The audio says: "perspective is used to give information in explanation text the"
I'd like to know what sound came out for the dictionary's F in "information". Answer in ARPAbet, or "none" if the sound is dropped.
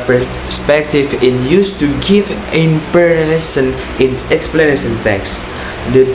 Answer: P